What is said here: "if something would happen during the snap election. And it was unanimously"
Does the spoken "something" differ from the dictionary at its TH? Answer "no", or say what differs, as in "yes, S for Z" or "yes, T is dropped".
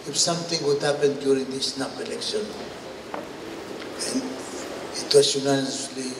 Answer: yes, T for TH